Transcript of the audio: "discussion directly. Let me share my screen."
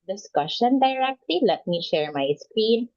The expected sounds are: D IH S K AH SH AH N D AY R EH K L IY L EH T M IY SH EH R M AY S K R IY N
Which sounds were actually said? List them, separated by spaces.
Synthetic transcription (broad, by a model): D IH S K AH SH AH N D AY R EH K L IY L EH T M IY SH EH R M AY S K R IY N